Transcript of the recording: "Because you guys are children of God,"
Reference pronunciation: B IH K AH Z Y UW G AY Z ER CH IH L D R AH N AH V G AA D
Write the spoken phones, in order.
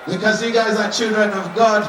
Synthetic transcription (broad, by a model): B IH K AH Z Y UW G AY Z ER CH IH L D R AH N AH V G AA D